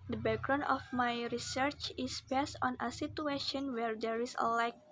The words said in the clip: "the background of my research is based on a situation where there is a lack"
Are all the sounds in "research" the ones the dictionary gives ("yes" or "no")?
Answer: yes